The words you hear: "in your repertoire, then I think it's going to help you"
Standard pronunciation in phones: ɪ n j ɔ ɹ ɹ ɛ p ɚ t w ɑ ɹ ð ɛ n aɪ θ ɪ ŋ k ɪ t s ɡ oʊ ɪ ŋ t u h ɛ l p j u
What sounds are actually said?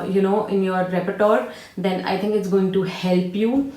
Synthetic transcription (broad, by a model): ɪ n j ɔ ɹ ɹ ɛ p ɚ t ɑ ɹ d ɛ n aɪ t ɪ ŋ k ɪ t s ɡ oʊ ɪ ŋ t u h ɛ l p j u